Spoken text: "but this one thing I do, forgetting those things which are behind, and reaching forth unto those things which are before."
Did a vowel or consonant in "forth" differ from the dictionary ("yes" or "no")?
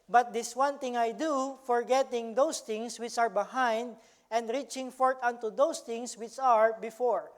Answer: yes